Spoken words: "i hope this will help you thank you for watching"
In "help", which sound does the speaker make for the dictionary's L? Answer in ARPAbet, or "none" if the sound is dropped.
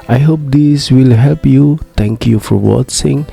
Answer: L